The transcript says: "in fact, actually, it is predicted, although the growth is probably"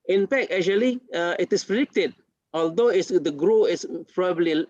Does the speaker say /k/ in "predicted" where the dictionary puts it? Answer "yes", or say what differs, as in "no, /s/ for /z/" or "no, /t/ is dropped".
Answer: yes